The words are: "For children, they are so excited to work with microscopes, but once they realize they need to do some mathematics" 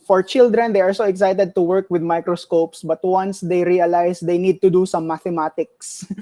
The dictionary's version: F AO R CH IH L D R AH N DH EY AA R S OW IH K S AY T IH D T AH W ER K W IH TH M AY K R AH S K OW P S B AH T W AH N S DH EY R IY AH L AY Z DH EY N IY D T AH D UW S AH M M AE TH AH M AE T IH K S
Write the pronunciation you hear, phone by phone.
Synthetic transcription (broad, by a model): F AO R CH IH L D R AH N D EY AA R S OW IH K S AY T IH D T AH W ER K W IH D M AY K R AH S K OW P S B AH T W AH N S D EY R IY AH L AY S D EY N IY D T AH D UW S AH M M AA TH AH M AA T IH K S